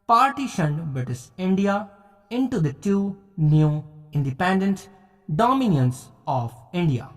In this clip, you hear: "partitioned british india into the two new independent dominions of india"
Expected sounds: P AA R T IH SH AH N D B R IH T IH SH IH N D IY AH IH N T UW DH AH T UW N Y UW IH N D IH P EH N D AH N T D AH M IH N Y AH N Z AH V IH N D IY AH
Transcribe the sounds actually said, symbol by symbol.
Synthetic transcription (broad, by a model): P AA R T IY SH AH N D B IH T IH S IH N D IY AH IH N T UW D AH T UW N Y UW IH N D IH P EH N D AH N T D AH M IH N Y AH N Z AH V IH N D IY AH